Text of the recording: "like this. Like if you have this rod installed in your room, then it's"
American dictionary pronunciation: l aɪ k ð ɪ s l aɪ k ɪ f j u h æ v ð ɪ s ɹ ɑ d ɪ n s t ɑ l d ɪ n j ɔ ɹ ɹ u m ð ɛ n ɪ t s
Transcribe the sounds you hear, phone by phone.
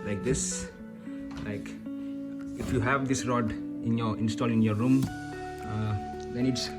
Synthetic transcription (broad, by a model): l aɪ k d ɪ s l aɪ k ɪ f j u h æ v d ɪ s ɹ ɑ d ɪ n s t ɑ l ɪ n j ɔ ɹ ɹ u m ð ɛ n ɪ t s